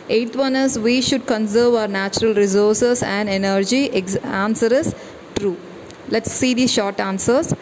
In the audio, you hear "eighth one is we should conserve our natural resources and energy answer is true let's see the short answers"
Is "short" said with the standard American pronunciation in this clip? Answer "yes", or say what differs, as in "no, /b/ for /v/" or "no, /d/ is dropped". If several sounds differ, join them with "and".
yes